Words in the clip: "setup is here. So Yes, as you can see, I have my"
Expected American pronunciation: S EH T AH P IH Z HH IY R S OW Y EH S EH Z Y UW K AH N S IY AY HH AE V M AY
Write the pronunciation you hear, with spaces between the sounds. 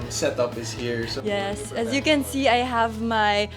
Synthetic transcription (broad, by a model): S EH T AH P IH S HH IY R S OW Y EH S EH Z Y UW K AH N S IY AY HH AE V M AY